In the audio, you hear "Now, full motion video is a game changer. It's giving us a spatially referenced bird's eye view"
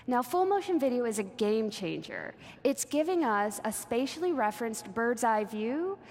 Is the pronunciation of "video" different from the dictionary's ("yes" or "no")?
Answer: no